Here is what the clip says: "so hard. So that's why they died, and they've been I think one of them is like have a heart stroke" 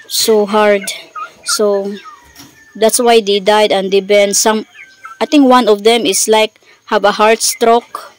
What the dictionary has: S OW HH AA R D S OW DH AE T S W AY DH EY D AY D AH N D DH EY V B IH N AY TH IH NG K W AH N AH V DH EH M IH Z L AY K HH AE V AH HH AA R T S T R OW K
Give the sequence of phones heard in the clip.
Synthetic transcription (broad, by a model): S OW HH AA R D S OW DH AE T S W AY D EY D AY D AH N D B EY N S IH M AY T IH NG K W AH N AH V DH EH M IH S L AY K HH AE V AH HH AA R T S T R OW K